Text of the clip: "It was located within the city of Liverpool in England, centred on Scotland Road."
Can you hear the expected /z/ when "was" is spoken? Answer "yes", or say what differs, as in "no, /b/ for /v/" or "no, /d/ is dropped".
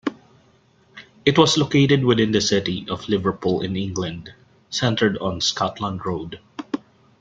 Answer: no, /s/ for /z/